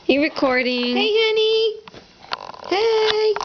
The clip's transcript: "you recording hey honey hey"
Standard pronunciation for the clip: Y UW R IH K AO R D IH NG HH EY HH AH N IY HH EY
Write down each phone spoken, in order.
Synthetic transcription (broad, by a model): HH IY R IH K AO R D IH NG HH EY HH AH N IY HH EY